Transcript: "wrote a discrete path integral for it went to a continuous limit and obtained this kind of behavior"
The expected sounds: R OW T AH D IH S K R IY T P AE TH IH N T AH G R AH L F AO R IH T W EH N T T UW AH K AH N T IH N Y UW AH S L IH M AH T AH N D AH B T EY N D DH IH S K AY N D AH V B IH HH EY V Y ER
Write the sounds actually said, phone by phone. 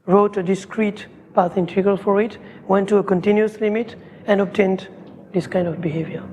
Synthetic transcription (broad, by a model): R OW T AH D IH S K R IY T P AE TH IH N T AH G AH L F AO R IH T W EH N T T UW AH K AH N T IH N Y UW AH S L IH M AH T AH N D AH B T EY N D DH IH S K AY N D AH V B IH HH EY V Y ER